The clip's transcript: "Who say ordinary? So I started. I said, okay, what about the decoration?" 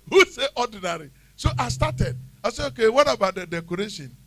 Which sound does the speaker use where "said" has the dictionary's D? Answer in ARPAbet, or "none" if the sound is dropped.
none